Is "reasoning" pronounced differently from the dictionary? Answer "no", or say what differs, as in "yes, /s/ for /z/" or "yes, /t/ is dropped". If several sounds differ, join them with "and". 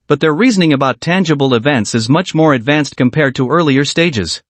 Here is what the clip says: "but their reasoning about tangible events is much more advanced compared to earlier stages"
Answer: no